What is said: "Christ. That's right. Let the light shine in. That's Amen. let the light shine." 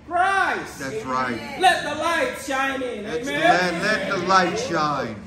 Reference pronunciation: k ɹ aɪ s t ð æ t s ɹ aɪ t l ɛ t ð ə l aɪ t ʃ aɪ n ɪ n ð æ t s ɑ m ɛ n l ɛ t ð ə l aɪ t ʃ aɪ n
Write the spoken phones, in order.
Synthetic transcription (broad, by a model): ɹ aɪ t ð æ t s ɹ aɪ t l ɛ t ð ə l aɪ t ʃ aɪ n ɪ n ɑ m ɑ ɛ l ɛ t ð ə l aɪ t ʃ aɪ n